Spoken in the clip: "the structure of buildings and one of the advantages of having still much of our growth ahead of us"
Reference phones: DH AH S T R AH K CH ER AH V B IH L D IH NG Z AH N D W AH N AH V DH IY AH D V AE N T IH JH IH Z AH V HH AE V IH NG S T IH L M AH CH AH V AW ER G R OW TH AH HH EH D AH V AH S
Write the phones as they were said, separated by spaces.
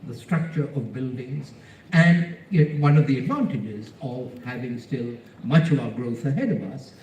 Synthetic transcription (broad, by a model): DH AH S T R AH K CH ER AH V B IH L D IH NG Z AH N D W AH N AH V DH IY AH D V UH N T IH JH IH Z AH V HH AE V IH NG S T IH L M AH CH AH V AW ER G R OW TH AH HH EH D AH V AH S